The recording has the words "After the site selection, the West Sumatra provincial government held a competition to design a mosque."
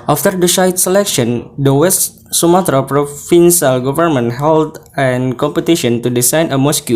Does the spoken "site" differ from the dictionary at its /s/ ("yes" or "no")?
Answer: yes